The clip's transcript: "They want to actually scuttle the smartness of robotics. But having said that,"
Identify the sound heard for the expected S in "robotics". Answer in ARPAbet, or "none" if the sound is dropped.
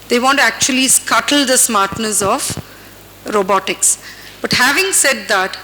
S